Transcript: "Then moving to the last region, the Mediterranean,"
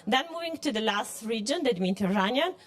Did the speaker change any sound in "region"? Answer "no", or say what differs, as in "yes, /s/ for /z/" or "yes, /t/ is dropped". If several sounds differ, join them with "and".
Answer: no